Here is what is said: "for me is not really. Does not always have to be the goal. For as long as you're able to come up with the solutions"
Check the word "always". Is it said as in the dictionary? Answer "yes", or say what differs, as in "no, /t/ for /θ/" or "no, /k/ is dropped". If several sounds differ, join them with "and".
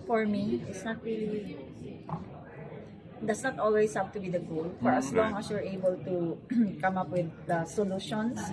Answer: no, /s/ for /z/